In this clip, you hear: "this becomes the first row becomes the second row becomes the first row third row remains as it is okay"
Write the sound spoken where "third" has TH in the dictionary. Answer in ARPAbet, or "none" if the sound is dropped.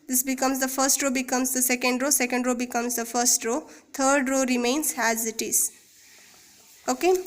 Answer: T